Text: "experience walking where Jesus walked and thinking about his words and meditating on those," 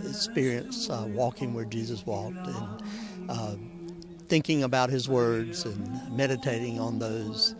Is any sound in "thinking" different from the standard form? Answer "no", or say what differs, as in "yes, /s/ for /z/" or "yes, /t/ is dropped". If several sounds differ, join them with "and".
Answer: no